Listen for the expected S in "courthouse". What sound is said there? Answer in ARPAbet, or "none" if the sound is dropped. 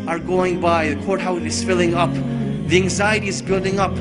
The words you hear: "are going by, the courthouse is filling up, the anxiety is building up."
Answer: TH